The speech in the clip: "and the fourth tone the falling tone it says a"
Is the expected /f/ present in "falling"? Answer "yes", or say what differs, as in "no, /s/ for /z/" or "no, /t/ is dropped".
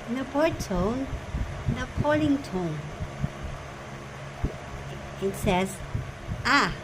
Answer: no, /p/ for /f/